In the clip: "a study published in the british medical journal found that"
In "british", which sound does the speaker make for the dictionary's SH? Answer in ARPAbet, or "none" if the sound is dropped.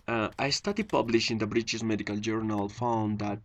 S